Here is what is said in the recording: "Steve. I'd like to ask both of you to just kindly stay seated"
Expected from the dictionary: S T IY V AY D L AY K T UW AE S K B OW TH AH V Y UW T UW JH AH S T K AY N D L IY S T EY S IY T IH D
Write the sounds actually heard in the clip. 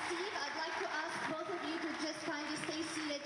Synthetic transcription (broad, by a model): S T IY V AY D L AY K T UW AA S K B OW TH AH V Y UW T UW JH AH S T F AY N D IY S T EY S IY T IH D